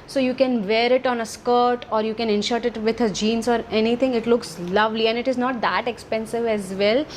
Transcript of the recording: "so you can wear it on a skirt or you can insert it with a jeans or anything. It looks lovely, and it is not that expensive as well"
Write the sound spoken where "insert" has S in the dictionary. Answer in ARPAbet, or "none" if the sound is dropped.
SH